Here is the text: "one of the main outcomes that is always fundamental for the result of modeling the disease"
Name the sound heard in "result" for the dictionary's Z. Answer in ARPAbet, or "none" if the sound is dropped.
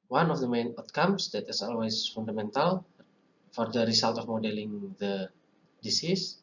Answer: S